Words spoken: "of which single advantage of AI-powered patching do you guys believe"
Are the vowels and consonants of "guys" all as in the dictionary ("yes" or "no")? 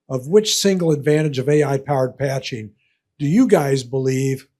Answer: yes